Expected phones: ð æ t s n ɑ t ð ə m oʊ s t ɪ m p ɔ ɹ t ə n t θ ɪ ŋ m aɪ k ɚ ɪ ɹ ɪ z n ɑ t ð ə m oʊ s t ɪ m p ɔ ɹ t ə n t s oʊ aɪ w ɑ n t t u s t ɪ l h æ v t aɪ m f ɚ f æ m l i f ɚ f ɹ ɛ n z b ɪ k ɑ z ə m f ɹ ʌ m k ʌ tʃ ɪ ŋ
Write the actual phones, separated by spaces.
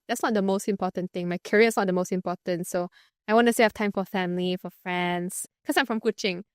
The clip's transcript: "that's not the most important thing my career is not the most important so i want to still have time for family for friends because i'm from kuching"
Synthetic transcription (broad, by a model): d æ t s n ɑ t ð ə m oʊ s t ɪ m p ɔ t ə n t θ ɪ ŋ m aɪ k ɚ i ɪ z n ɑ t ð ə m oʊ s t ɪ m p ɔ t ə n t s oʊ aɪ w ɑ n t t u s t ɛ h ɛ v t aɪ m f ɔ f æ m l i f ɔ f ɹ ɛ n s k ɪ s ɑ ə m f ɹ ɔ m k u tʃ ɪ ŋ